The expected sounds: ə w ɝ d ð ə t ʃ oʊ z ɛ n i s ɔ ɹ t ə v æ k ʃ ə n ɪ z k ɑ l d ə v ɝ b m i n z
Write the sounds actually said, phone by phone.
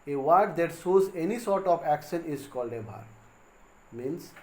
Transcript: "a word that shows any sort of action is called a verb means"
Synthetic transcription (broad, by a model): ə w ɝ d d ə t s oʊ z ɛ n i s ɔ ɹ t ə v æ k ʃ ə n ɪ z k ɑ l d ə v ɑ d m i n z